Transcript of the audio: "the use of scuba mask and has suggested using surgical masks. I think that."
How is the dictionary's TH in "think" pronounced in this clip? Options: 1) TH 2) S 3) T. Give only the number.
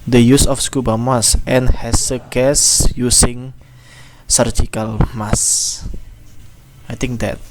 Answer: 3